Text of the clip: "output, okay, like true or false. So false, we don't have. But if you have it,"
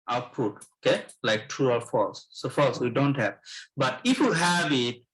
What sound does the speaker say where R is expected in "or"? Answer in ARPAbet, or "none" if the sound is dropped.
L